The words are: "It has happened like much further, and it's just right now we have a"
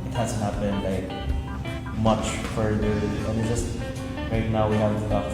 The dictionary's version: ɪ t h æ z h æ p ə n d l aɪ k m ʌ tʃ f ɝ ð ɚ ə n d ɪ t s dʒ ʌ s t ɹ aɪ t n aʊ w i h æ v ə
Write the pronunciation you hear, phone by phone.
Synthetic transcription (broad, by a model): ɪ t h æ z h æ b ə n l aɪ k m ʌ tʃ f ɝ ð ɚ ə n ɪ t dʒ ʌ s t ɹ aɪ t n aʊ w i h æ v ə